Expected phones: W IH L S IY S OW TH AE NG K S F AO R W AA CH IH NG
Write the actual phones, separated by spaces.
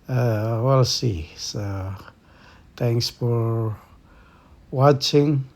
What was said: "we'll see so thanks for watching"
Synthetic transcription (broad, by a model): W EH L S IY S OW T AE NG K S F AO R W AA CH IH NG